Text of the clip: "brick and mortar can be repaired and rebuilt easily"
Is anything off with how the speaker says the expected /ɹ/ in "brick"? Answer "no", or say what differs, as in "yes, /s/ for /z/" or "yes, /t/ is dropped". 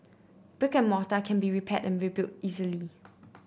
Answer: yes, /ɹ/ is dropped